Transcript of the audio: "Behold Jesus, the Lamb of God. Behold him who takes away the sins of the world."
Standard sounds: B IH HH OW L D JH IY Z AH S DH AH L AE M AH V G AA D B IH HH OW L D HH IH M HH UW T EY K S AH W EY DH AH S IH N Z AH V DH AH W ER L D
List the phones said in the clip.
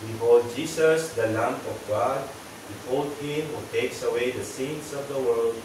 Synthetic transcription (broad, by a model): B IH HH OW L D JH IY S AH S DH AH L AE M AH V G AA D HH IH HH OW L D HH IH M HH UW T EY K S AH W EY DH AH S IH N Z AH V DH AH W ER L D